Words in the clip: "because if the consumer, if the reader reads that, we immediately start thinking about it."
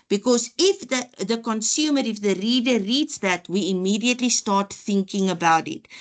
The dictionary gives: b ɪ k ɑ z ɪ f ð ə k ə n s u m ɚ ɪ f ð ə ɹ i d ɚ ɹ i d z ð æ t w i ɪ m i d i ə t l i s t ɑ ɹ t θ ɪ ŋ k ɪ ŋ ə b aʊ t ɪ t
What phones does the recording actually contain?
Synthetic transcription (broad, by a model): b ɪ k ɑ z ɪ f ð ə k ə n s u m ɚ ɪ f ð ə ɹ i d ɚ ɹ i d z ð æ t w i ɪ m i d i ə t l i s t ɑ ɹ t θ ɪ ŋ k ɪ ŋ ə b aʊ t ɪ t